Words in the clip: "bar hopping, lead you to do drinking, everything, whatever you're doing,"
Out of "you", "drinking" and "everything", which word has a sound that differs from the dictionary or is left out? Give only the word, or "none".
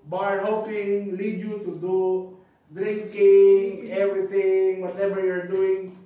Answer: everything